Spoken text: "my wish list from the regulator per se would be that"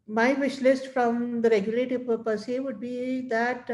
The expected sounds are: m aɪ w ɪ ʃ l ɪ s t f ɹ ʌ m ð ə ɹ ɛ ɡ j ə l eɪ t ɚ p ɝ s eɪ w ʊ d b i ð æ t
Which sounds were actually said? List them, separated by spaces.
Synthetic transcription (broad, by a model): m aɪ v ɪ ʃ l ɪ s t f ɹ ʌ m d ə ɹ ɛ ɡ j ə l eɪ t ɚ p ɝ s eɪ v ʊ d b i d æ t